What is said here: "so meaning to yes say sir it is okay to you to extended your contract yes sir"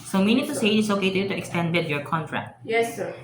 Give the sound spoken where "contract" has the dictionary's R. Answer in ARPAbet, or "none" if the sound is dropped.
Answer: R